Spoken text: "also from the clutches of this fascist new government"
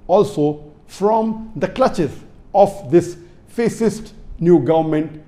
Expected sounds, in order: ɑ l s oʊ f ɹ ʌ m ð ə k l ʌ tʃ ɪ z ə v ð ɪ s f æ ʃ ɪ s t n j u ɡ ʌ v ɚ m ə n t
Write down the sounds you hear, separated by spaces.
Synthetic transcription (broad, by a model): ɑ l s oʊ f ɹ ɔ m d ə k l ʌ tʃ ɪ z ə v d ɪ s f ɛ s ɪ s t n j u ɡ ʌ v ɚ m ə n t